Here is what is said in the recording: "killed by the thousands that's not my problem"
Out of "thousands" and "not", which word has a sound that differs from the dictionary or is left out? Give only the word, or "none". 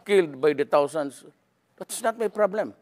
thousands